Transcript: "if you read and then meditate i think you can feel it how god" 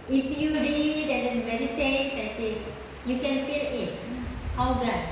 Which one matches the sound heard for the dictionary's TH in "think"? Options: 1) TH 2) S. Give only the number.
2